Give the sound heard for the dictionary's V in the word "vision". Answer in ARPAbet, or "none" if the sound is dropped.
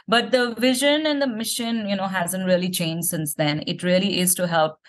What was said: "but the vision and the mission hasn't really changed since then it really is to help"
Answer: V